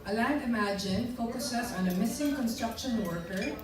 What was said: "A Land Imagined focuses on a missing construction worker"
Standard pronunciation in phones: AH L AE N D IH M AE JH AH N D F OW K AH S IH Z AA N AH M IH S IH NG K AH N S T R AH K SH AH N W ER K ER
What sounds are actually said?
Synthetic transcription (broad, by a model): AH L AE D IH M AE JH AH N F OW K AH S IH S AA N AH M IH S IH NG K AH N S T R AH K SH AH N W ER K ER